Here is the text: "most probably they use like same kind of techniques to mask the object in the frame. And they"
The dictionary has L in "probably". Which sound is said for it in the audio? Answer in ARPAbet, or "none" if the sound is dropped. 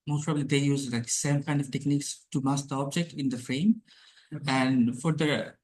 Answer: L